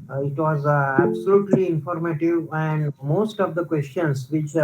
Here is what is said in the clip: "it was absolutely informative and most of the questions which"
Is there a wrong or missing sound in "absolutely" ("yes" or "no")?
no